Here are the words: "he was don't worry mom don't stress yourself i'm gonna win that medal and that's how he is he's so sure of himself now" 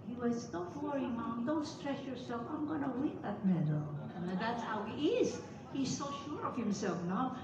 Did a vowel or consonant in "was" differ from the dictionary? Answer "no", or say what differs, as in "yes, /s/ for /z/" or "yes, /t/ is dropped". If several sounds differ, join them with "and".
yes, /s/ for /z/